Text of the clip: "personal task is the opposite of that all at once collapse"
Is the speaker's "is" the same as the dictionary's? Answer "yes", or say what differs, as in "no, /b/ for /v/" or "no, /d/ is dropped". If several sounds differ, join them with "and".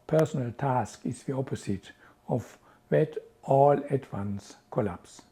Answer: no, /s/ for /z/